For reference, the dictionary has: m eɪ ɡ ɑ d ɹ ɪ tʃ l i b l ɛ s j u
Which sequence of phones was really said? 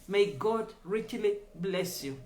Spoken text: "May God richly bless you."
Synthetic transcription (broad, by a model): m eɪ ɡ ɑ d ɹ ɪ tʃ l i b l ɛ s j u